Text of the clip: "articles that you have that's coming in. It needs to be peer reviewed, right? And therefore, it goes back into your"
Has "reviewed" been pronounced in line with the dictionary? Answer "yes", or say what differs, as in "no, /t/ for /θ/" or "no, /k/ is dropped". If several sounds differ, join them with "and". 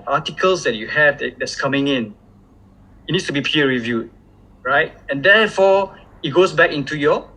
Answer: yes